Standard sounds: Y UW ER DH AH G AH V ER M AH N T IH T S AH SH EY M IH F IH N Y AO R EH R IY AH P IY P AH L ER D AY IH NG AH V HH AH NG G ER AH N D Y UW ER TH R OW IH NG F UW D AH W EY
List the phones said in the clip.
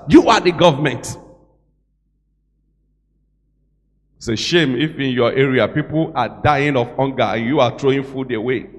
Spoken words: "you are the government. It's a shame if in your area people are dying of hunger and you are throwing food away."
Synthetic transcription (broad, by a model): Y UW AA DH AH G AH V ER M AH N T T S AH SH EY M IH F IH N Y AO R EH R IY AH P IY P AH L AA D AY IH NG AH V HH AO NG G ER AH N Y UW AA T R OW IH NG F UW D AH W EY